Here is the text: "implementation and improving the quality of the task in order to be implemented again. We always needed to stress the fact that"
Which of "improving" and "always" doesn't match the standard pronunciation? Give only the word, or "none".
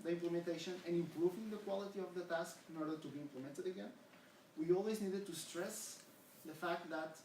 none